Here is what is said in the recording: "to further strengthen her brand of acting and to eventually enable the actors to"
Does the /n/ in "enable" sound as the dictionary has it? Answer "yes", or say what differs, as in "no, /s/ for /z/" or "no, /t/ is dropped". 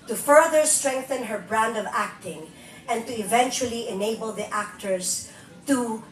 yes